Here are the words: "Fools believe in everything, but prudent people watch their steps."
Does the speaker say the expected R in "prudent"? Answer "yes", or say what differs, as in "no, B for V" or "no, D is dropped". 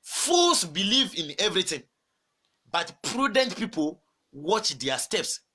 yes